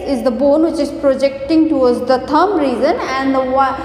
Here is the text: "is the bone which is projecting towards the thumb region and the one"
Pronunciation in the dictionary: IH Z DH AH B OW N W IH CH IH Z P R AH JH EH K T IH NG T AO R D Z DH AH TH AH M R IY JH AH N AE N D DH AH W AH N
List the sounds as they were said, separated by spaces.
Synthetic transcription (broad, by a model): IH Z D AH B OW N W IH CH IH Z P R AH JH EH K T IH NG T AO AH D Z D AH T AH M R IY Z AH N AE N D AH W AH